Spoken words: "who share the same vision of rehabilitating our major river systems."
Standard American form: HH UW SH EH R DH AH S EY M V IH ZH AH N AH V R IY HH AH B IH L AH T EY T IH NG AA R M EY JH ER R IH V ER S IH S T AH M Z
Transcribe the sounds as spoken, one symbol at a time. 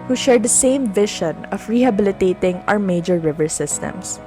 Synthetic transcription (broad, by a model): HH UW SH EH R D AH S EY M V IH SH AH N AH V R IY HH AH B IH L AH T EY T IH NG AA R M EY JH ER R IH V ER S IH S T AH M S